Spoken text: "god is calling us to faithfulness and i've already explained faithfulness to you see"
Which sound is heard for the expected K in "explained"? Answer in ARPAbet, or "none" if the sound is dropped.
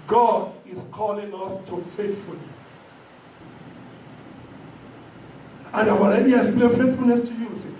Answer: none